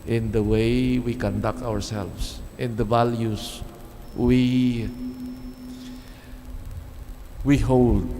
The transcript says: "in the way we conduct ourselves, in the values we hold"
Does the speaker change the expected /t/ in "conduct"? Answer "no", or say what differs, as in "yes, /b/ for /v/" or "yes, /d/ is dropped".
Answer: no